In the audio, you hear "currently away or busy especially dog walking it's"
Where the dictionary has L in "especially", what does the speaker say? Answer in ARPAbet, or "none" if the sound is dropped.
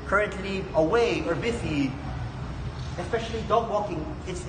L